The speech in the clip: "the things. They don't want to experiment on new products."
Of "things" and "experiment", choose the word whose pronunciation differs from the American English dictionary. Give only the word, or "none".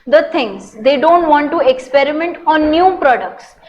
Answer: things